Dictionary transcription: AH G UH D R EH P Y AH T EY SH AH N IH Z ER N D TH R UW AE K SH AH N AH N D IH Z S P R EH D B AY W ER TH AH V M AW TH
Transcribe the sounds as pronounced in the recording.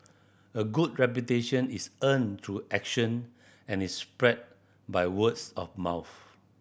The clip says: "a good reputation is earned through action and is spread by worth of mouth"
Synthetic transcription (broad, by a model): AH G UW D R EH P Y AH T EY SH AH N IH S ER N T R UW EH K SH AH N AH N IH S P R EH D B AY W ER S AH F M AW TH